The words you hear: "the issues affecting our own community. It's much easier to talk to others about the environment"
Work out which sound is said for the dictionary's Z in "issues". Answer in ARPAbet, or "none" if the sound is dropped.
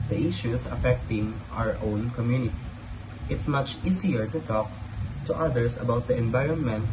S